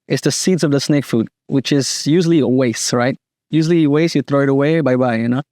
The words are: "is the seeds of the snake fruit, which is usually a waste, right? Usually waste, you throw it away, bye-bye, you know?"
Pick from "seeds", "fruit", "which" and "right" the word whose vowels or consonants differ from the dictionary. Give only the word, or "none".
fruit